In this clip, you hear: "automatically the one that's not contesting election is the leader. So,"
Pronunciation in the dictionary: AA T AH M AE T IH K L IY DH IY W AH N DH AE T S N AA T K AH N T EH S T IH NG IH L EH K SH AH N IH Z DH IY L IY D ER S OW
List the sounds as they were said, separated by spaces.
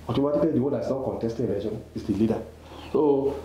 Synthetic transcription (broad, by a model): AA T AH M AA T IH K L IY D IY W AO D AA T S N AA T K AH N T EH S T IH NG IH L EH SH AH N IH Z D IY L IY D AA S OW